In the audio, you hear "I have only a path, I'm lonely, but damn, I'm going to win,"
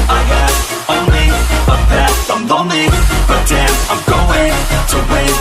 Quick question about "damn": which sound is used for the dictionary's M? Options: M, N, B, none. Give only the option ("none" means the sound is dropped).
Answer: none